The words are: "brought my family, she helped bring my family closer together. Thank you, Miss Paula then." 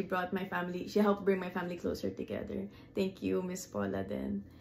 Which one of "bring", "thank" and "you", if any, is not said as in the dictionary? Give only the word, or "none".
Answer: thank